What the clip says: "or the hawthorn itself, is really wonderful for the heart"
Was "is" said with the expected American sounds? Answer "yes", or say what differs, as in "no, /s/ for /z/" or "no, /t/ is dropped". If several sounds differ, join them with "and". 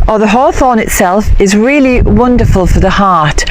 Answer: yes